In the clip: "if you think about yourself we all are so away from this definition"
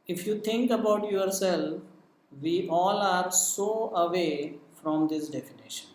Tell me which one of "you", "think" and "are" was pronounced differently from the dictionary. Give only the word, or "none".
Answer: think